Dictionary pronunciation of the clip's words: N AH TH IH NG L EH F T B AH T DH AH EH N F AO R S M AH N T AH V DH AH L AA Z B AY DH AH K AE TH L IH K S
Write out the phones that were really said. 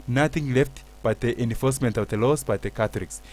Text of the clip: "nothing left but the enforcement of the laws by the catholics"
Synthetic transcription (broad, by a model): N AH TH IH NG L EH F T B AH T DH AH EH N F AO R S M AH N T AH V DH AH L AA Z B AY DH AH K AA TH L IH K S